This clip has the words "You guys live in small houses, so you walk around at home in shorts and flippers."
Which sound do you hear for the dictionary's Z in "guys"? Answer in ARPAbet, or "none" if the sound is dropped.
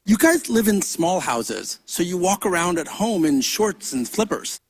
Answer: Z